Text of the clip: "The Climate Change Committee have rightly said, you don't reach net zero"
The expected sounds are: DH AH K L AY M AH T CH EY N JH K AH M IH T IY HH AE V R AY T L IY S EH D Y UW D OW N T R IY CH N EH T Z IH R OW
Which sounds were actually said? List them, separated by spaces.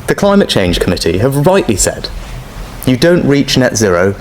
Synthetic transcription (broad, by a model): DH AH K L AY M AH T CH EY N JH K AH M IH T IY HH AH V R AY T L IY S EH D Y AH D OW N T R IY CH N EH T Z IH R OW